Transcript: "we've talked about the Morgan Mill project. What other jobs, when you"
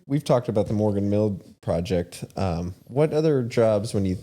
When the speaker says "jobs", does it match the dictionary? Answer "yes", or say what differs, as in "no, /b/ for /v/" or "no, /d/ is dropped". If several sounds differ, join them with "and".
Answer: yes